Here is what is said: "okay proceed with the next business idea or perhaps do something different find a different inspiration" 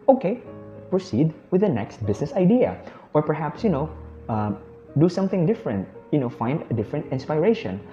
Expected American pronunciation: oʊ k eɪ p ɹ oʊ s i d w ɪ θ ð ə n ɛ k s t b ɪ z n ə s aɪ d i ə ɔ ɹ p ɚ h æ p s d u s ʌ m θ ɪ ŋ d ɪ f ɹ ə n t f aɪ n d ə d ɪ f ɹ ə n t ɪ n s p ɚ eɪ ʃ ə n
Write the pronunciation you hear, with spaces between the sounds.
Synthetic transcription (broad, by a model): oʊ k eɪ p ɹ oʊ s i d w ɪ ð ə n ɛ k s t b ɪ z n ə s aɪ d i ə ɔ ɹ p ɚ h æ p s d u s ʌ m θ ɪ ŋ d ɪ f ɹ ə n t f aɪ n d ə d ɪ f ɹ ə n t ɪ n s p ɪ eɪ ʃ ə n